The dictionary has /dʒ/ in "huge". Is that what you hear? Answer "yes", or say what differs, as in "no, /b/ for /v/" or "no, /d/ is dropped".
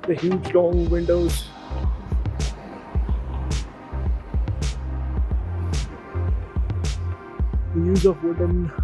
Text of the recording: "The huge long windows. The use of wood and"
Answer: yes